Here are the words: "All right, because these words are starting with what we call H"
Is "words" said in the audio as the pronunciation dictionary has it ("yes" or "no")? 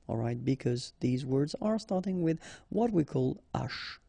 yes